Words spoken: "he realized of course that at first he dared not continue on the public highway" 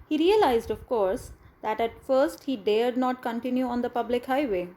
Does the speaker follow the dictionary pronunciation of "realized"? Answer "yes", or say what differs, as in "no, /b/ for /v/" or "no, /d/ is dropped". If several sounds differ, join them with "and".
yes